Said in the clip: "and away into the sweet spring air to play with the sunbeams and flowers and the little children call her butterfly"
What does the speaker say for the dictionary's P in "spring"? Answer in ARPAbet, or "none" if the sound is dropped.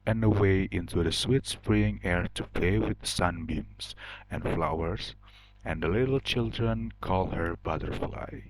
F